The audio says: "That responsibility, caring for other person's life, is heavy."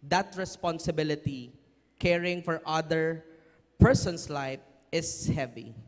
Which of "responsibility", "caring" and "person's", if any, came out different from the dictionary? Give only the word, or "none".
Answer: person's